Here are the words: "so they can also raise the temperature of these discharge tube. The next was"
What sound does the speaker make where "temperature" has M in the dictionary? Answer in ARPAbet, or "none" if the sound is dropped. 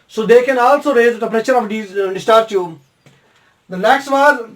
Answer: none